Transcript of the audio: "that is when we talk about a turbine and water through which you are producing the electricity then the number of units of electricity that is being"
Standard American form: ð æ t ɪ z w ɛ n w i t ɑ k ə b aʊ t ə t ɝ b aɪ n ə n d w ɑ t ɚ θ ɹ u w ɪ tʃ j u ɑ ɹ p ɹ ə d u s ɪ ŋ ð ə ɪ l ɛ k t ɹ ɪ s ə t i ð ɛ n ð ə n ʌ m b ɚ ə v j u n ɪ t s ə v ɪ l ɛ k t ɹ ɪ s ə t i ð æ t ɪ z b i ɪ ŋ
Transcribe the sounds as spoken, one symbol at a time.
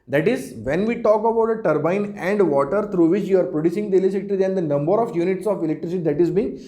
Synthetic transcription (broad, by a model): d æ t ɪ z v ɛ n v i t ɑ k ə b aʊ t ə t ɝ b aɪ n ə n d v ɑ t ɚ t ɹ u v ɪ tʃ j u ɑ ɹ p ɹ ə d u s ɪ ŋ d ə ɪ l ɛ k t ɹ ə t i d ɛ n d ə n ʌ m b ɚ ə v j u n ɪ t s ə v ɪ l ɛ k t ɹ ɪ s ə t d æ t ɪ z b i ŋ